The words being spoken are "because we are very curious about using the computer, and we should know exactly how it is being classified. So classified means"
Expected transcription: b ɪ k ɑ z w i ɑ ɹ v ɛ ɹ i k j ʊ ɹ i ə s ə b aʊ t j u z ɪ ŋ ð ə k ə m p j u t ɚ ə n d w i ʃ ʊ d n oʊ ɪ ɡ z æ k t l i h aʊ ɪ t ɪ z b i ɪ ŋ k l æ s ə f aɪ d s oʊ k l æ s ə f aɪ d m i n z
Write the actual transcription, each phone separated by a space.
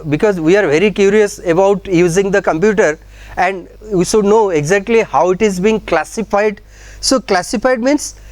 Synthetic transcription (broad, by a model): b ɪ k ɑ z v i ɑ ɹ v ɛ ɹ i k j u ɹ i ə s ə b aʊ t j u z ɪ ŋ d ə k ə m p j u t ɚ ə n d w i ʃ ʊ d n oʊ ɪ ɡ z æ k t l i h aʊ ɪ t ɪ z b i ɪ ŋ k l æ s ə f aɪ d s oʊ k l æ s ə f aɪ d m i n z